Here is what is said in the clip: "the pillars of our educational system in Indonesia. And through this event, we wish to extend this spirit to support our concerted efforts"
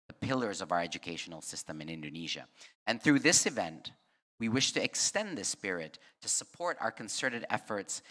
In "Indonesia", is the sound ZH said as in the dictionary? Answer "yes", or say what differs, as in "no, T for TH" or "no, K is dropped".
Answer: yes